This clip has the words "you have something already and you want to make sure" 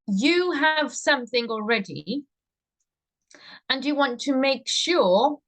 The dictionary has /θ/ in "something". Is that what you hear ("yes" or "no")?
yes